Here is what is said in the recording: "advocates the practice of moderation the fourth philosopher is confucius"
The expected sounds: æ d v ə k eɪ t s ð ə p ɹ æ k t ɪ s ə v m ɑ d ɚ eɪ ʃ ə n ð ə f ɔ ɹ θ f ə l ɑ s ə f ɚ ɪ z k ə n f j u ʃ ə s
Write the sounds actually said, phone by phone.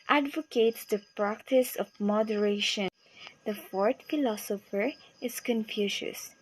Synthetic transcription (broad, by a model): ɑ d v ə k eɪ t s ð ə p ɹ æ k t ɪ s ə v m ɑ d ɚ eɪ ʃ ə n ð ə f ɔ ɹ t f ə l ɑ s ə f ɚ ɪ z k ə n f j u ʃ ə s